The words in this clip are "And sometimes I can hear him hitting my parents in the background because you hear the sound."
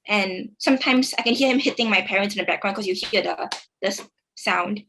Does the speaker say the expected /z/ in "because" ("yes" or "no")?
no